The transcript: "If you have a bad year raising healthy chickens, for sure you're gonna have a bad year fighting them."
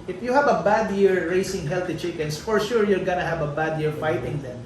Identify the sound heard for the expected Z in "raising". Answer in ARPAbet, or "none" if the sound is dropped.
S